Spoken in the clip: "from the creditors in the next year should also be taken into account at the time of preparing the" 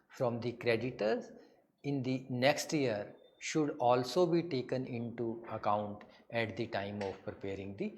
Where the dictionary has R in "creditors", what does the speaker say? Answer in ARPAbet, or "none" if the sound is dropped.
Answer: R